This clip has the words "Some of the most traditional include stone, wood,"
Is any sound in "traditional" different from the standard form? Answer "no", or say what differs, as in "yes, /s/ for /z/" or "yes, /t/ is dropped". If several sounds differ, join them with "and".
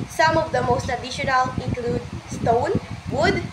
yes, /ɹ/ is dropped